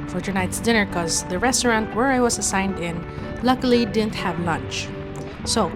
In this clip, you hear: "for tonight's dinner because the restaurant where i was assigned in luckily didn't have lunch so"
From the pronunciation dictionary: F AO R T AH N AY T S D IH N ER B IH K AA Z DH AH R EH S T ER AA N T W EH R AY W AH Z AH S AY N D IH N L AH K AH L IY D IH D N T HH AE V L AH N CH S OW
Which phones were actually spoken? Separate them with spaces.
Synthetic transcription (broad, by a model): F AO R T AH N AY T S D IH N ER K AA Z DH AH R EH S T ER AA N T W EH R AY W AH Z AH S AY N D IH N L AH K AH L IY D IH D N T HH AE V L AH N CH S OW